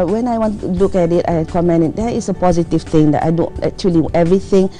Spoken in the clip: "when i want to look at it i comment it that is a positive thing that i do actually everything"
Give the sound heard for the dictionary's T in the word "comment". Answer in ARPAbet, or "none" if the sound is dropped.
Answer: none